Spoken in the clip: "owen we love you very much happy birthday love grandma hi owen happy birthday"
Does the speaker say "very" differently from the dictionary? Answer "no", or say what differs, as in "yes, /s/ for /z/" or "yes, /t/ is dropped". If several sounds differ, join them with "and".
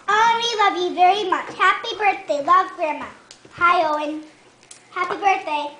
no